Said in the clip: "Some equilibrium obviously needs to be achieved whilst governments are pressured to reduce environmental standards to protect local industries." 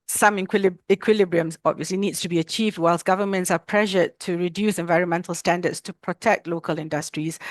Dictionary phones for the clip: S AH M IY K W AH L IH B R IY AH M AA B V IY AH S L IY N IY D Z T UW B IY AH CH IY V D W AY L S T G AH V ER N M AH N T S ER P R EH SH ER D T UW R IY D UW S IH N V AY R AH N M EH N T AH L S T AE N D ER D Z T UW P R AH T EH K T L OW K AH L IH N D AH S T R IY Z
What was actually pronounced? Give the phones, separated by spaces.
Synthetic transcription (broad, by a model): S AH M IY K W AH L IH B R IY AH M AA B V IY AH S L IY N IY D S T UW B IY AH CH IY V D W AY L S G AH V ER N M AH N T S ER P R EH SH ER T UW R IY D UW S IH N V AY R AH N M EH N T AH L S T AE N D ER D S T UW P R AH T EH K T L OW K AH L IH N D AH S T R IY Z